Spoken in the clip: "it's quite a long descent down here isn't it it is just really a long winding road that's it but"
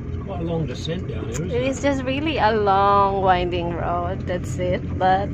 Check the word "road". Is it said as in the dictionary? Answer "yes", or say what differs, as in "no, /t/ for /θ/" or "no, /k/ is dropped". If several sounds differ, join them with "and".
yes